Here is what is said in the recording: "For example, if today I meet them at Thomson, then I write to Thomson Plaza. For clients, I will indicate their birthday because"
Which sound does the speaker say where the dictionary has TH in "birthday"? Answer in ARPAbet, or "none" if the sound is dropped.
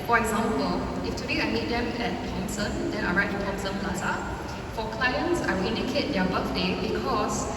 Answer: F